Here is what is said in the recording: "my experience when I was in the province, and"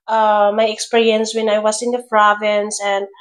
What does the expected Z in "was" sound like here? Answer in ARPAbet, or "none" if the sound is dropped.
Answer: S